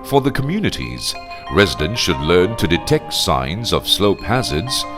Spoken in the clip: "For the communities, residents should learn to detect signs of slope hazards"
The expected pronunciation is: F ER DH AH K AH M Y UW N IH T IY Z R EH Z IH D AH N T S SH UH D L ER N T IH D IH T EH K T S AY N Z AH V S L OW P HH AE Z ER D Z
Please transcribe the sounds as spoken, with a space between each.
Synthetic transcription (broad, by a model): F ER DH AH K AH M Y UW N IH T IY Z R EH Z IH D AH N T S SH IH D L ER N T IH D IH T EH K T S AY N Z AH V S L OW P HH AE Z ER D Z